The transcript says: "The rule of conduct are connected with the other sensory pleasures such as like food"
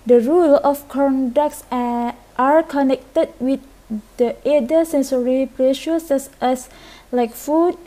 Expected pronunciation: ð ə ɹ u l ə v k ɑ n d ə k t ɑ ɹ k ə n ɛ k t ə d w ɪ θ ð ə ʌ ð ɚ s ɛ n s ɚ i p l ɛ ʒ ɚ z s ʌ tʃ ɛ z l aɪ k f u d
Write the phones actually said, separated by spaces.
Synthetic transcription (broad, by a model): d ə ɹ u l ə f k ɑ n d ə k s ɑ ɹ k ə n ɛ k t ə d w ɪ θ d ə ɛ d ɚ s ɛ n s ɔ i p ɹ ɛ ʃ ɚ s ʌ s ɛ s l aɪ k f u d